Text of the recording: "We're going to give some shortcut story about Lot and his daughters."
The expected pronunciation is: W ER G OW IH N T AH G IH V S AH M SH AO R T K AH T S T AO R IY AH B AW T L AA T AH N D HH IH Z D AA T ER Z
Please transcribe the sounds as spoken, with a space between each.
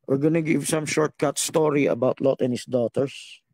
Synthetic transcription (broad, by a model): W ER G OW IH N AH G IH V S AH M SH AO R T K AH T S T AO R IY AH B AW T L AA T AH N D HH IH S D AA T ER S